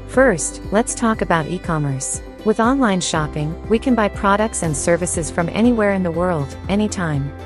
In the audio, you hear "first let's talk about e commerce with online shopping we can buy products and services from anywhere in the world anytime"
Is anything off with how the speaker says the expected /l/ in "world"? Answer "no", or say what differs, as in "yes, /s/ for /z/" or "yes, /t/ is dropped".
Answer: no